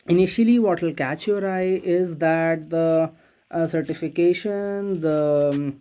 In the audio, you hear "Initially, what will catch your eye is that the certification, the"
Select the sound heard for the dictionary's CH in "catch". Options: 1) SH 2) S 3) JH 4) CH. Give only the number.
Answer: 4